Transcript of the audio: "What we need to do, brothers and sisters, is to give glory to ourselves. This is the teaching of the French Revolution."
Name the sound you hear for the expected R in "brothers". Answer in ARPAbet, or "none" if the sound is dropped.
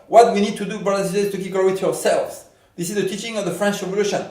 none